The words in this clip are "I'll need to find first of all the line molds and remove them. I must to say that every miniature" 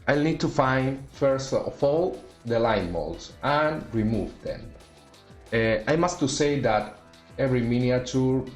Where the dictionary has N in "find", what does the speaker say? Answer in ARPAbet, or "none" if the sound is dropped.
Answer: N